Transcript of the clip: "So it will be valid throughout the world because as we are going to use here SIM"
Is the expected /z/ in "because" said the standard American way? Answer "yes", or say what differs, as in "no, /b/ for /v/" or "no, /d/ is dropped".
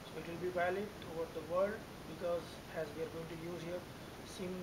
yes